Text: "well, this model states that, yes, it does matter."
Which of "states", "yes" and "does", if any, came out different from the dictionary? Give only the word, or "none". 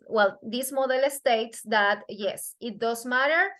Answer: does